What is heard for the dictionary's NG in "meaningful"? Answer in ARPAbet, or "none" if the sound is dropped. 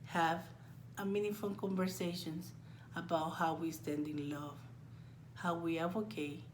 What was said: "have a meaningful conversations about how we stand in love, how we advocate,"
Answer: none